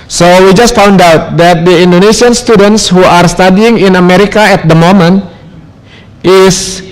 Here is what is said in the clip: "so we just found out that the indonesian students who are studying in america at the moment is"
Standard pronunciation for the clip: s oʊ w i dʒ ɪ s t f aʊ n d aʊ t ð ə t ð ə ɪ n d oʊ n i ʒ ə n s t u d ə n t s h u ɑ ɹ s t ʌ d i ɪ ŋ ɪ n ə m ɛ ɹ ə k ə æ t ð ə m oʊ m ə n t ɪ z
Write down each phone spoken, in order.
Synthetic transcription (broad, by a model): s oʊ w i dʒ ɪ s t f aʊ n d aʊ t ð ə t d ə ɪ n d oʊ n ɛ s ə n s t u d ə n t s h u ɑ ɹ s t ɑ d i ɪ ŋ ɪ n ə m ɛ ɹ ə k ə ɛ t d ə m oʊ m ə n t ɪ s